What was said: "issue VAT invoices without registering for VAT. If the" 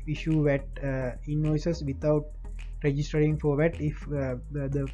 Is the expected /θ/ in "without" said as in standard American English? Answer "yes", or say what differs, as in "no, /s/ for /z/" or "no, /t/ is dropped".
no, /t/ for /θ/